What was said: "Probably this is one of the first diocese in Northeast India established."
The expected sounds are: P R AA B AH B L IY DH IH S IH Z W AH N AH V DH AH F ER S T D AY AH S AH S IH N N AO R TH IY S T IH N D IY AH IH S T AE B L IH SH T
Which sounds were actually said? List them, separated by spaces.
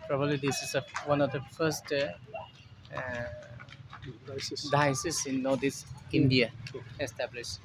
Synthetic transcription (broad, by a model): P R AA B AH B L IY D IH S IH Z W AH N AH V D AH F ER S T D AY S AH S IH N N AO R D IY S IH N D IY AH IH S T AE B L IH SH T